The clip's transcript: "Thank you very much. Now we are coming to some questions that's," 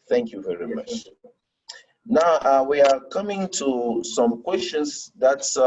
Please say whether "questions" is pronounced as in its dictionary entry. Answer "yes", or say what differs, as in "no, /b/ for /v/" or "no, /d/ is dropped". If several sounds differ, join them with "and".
no, /s/ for /z/